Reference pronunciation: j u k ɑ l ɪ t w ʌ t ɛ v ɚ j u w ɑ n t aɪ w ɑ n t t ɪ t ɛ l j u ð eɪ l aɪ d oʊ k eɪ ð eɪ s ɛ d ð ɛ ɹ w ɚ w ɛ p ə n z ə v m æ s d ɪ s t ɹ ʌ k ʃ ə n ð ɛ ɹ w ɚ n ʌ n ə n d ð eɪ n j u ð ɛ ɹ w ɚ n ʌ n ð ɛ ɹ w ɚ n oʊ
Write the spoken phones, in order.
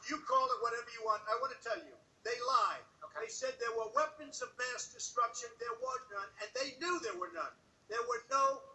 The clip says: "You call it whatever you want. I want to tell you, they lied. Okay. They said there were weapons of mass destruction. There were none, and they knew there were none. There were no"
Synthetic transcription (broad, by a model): j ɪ k ɑ l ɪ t w ʌ t ɛ v ɚ j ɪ w ɑ n t aɪ w ɑ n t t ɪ t ɛ l j u ð eɪ l aɪ d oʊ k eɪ s ɛ d ð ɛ ɹ w ɚ w ɛ p ə n z ə v m æ s d ɪ s t ɹ ʌ k ʃ ə n ð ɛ ɹ w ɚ n ʌ n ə n ð eɪ n j u ð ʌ ɹ w ɚ n ʌ n ð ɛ ɹ w ɚ n oʊ